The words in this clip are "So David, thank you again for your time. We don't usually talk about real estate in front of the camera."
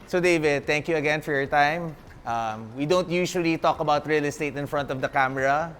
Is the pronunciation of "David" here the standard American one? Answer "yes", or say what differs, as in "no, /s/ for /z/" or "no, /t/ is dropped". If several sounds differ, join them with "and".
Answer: yes